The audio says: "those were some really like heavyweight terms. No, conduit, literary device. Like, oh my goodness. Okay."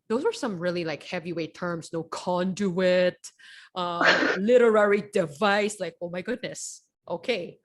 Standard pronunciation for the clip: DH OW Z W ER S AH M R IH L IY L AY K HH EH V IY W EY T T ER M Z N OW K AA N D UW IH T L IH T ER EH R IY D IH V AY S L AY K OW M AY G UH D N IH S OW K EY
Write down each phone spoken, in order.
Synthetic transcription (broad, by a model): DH OW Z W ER S AH M R IH L IY L AY K HH EH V IY W EY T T ER M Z N OW K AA N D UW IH T L IH T ER EH R IY D IH V AY S L AY K OW M AY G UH D N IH S OW K EY